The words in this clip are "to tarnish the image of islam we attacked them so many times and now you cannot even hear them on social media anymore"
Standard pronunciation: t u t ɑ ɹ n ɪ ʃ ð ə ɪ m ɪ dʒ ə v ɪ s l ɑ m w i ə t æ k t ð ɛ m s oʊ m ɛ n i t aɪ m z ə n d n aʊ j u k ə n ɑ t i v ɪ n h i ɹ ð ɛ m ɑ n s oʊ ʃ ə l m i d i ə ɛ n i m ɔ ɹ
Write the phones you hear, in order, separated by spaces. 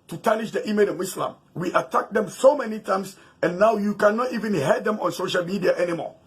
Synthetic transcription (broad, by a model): t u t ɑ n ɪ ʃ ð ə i m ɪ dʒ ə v ɪ s l ɑ m w i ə t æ k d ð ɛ m s oʊ m ɛ n i t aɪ m s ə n n aʊ j u k ə n ɑ t i v ɪ n h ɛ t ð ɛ m ɑ n s oʊ ʃ ə l m i d i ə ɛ n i m ɔ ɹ